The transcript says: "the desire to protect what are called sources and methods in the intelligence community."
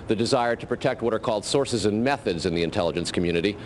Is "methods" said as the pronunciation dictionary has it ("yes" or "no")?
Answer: yes